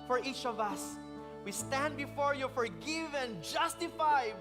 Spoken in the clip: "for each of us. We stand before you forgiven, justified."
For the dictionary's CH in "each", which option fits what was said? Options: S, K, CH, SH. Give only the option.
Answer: CH